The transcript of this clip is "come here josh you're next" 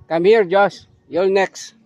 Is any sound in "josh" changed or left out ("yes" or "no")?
yes